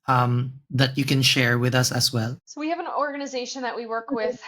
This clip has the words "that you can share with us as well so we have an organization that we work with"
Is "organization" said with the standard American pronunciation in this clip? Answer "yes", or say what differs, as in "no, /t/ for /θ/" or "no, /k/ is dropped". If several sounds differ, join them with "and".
yes